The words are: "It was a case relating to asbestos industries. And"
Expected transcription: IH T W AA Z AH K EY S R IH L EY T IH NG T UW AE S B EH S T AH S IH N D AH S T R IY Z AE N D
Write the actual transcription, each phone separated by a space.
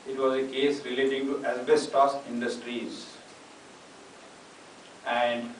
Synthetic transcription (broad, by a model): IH T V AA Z AH K EY S R IH L EY T IH NG T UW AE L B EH S T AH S IH N D AH S T R IY Z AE N D